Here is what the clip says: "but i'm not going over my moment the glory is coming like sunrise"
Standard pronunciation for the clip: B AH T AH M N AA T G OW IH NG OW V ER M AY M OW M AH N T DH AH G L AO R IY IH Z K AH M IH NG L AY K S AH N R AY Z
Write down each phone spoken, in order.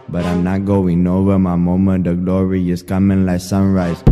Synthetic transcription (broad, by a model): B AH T AH M N AA T G OW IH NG OW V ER M AY M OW M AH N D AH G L AO R IY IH S K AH M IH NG L AY K S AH N R AY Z